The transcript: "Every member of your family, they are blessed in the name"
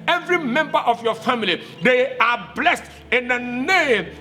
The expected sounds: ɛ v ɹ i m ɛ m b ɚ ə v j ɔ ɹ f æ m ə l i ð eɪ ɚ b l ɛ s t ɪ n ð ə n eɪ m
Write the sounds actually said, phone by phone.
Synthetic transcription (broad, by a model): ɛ v ɹ i m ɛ m b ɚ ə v j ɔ f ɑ m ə l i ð eɪ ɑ b l ɛ s t ɪ n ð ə n eɪ m